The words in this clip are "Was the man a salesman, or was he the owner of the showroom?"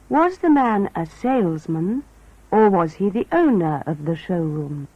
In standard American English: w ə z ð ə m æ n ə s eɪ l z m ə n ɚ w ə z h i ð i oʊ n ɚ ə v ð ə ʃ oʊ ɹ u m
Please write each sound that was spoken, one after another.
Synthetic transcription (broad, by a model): w ə z ð ə m æ n ə s eɪ l z m ə n ɚ w ə z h i ð i oʊ n ɚ ə v ð ə ʃ oʊ ɹ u m